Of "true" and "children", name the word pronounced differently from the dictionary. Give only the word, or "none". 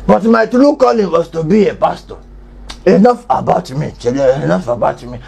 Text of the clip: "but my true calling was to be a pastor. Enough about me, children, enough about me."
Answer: children